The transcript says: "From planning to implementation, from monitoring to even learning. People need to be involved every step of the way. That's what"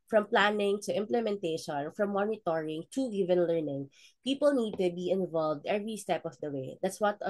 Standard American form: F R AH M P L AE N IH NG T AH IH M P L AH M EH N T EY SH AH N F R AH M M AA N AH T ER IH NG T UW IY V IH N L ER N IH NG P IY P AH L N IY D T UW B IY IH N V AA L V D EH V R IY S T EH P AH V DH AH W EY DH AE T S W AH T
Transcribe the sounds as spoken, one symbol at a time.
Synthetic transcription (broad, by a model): F R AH M P L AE N IH NG T AH IH M P L AH M EH N T EY SH AH N F R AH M M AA N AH T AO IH NG T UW IY V IH N L ER N IH NG P IY P AH L N IY D T UW B IY IH N V AA L V D EH V R IY S T EH P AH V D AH W EY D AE T S W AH T